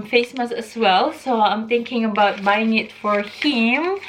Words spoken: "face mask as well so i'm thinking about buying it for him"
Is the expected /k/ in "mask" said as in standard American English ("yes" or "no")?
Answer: no